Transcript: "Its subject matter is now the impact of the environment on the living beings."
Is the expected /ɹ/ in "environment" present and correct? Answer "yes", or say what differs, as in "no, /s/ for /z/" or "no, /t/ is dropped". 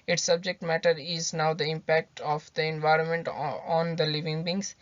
yes